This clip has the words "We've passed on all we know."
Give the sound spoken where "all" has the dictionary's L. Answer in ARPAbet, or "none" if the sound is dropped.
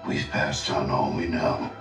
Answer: N